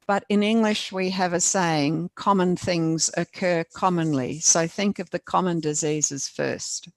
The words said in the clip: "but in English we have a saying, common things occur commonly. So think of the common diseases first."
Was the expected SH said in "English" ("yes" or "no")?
yes